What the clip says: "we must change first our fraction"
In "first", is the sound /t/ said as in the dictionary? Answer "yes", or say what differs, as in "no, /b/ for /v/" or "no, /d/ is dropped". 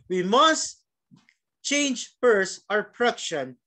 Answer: no, /t/ is dropped